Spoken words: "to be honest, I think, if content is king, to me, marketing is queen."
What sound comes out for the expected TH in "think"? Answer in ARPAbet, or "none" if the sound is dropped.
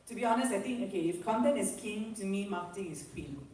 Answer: T